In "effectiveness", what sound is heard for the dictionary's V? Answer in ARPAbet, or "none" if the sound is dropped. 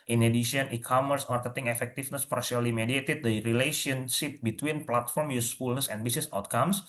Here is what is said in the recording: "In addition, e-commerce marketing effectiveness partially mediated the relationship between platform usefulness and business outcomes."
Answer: F